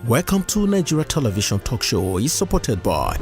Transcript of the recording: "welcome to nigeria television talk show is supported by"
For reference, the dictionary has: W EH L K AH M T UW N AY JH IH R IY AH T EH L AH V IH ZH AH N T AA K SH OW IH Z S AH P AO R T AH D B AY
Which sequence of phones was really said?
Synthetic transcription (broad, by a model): W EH L K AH M T UW N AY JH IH R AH T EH L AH V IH SH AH N T AA K SH OW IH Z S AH P AO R T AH D B AY